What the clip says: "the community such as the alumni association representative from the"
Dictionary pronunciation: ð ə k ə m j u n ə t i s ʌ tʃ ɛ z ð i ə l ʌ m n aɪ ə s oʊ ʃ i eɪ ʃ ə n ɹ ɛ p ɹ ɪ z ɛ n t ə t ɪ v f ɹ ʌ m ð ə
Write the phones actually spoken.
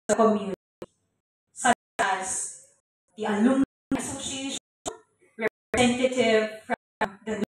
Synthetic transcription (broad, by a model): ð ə k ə m j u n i s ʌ ɑ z ð i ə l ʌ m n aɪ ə s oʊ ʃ i eɪ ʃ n ɹ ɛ p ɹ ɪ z ɛ n t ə t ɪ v f ɹ ʌ m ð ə